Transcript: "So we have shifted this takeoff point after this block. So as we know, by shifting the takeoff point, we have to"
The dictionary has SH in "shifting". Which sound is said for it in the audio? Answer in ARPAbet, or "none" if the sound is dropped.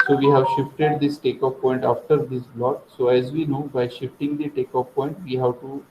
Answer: SH